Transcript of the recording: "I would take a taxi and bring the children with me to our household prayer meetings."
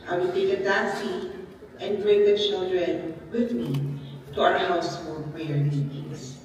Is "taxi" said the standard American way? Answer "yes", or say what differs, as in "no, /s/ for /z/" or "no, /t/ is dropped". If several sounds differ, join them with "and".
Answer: no, /k/ is dropped